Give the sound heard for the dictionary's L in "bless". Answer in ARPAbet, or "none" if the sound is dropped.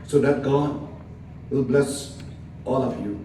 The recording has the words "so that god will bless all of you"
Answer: L